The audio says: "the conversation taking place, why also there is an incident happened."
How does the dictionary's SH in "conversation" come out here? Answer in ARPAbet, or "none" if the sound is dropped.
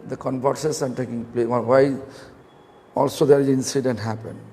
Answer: S